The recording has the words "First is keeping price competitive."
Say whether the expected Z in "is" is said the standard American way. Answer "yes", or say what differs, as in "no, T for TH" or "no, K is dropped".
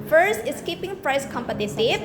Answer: no, S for Z